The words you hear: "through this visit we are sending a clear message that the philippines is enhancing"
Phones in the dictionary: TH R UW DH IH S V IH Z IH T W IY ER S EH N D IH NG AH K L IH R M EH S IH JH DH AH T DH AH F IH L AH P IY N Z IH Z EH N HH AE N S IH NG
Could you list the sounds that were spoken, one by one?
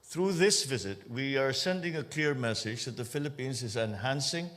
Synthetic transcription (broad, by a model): TH R UW DH IH S V IH Z IH T W IY ER S EH N D IH NG AH K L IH R M EH S IH JH DH AH T DH AH F IH L AH P IY N Z IH Z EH N HH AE N S IH NG